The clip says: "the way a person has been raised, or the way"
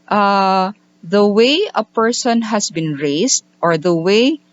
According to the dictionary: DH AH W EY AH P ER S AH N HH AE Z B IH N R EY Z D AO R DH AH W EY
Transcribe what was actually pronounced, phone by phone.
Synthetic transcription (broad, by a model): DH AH W EY AH P ER S AH N HH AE S B IH N R EY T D AO R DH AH W EY